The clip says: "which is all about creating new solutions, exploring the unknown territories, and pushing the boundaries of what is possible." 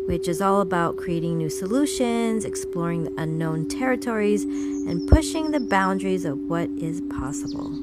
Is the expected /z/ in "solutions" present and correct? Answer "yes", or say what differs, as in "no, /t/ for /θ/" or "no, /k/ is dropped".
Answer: yes